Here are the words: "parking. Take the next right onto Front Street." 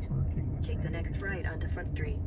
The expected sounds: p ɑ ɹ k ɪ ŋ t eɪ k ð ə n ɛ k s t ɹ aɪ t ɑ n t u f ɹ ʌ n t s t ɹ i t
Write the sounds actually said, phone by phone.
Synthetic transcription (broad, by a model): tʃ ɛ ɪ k ð ə n ɛ k s t ɹ aɪ t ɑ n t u f ɹ ʌ n t s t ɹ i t